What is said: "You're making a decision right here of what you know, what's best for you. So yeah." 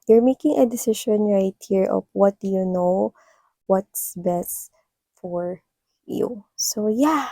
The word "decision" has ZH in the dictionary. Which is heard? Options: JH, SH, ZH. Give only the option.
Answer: SH